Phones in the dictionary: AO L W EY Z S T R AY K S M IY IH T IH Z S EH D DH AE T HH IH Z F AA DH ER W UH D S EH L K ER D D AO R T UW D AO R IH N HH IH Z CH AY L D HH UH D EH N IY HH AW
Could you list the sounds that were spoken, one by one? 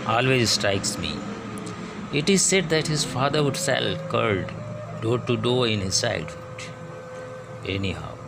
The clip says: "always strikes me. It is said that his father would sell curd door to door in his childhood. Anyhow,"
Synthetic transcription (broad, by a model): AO L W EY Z S T R AY K S M IY IH T IH Z S EH D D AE T HH IH Z F AA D ER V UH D S EH L K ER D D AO T UW D AO IH N HH IH Z S AY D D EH N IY HH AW